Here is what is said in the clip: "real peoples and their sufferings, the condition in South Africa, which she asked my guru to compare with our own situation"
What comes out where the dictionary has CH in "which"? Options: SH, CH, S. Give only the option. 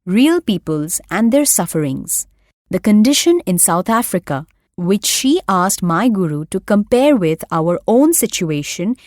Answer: CH